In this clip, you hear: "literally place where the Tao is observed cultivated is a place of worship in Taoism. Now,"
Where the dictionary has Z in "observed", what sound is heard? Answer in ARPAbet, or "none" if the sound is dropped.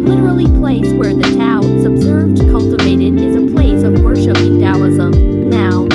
Z